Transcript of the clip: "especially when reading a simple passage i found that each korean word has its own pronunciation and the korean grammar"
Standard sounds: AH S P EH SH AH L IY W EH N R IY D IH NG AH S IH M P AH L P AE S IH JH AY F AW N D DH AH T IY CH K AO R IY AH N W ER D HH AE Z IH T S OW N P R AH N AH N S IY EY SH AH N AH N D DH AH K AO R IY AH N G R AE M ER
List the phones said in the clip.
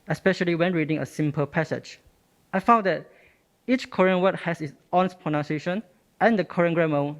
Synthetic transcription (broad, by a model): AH S P EH SH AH L IY W EH N R IY D IH NG AH S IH M P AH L P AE S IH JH AY F AW N D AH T IY CH K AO R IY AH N W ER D HH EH S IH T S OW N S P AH N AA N S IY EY SH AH N AH N D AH K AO R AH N G R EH M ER